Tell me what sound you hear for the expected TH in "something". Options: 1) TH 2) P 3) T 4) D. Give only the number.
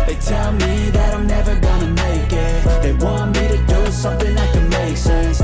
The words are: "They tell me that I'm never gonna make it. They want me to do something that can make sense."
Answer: 1